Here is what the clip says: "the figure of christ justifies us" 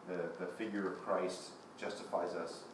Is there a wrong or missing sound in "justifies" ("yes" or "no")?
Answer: no